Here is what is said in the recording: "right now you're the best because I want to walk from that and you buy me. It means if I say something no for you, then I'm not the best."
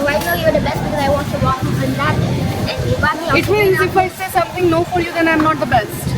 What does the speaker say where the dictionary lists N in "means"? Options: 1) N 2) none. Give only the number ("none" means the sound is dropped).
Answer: 2